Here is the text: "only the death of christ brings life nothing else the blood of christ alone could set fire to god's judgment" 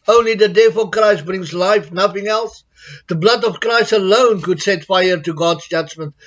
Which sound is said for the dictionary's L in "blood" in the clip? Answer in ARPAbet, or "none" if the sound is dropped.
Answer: L